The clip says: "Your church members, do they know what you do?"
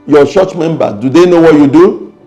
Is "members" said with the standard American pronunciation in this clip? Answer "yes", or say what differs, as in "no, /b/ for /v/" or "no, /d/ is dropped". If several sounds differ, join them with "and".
no, /z/ is dropped